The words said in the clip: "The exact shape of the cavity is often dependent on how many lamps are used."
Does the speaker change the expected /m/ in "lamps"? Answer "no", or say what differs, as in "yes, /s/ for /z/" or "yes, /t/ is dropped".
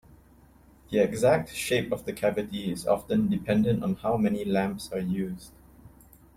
no